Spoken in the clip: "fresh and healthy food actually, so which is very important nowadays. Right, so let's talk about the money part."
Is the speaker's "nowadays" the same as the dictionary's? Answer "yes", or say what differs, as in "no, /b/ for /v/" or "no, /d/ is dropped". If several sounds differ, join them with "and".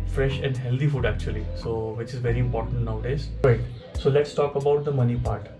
yes